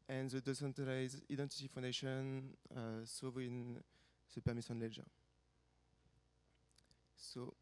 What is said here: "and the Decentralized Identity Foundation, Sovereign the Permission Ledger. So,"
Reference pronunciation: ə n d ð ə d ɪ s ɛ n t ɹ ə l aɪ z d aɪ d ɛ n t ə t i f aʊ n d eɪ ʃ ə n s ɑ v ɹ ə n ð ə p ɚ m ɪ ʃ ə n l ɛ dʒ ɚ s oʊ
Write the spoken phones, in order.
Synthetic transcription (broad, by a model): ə n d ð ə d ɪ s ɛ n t ə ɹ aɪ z aɪ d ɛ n t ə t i f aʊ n d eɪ ʃ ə n s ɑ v ə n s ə p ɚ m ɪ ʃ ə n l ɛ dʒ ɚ s oʊ